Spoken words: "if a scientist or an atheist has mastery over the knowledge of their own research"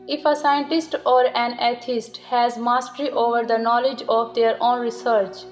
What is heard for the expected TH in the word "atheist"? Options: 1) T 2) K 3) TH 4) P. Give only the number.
1